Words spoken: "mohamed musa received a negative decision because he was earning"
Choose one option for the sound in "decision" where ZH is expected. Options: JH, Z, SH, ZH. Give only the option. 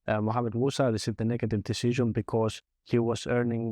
ZH